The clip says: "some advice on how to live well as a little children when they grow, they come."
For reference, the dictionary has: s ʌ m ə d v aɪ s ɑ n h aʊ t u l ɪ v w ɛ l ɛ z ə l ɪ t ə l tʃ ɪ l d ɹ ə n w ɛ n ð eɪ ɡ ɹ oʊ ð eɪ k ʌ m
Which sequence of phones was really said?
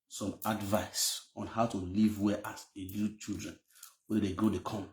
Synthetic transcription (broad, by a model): s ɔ m ə d v aɪ s ɑ n h aʊ t u l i v w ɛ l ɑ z ə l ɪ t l tʃ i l d ɹ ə n w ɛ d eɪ ɡ oʊ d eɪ k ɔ m